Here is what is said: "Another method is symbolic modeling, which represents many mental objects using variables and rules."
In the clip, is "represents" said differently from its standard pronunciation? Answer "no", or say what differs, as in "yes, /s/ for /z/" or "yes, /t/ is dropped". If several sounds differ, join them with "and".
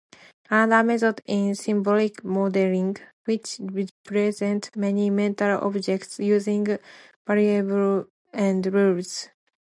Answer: yes, /s/ is dropped